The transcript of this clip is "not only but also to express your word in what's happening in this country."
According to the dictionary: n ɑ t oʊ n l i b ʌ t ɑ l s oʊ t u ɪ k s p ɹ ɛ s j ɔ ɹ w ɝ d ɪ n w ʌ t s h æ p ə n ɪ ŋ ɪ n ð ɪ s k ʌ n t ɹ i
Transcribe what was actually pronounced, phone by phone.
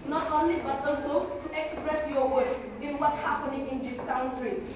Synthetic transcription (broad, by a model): n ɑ t oʊ n l i b ʌ t ɑ l s oʊ t u ɪ k s p ɹ ɛ s j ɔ w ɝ ɪ n w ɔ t h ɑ p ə n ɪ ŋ ɪ n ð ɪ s k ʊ n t ɹ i